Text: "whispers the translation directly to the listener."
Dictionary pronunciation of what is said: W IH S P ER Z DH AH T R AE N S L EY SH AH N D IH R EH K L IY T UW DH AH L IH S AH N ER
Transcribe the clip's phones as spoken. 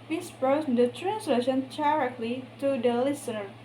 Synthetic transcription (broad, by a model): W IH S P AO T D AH T R AE N S L EY SH AH N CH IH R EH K L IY T UW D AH L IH S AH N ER